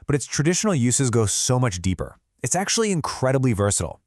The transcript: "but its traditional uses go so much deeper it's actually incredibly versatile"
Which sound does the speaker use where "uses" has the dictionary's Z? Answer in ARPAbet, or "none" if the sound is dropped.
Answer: Z